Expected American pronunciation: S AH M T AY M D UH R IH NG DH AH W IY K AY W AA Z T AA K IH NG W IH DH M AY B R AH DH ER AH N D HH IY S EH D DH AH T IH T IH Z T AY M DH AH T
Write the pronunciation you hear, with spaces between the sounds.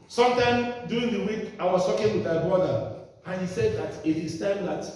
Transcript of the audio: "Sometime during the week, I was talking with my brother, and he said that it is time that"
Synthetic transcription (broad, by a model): S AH M T AY M D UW IH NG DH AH W IY K AY W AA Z T AA K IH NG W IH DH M AY B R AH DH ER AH N HH IY S EH D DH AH T IH T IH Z T AY M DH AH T